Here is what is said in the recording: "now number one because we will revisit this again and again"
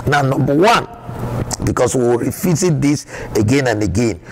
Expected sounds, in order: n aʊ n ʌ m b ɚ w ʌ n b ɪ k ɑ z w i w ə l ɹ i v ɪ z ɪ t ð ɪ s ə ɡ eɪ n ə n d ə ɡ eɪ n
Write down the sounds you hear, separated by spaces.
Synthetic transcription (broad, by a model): n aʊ n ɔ m b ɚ w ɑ n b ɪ k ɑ s w i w ɹ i f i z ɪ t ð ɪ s ə ɡ eɪ n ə n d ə ɡ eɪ n